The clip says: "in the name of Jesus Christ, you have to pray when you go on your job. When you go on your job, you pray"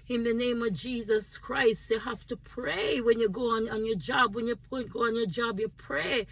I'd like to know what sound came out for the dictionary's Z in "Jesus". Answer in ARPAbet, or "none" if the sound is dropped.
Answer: Z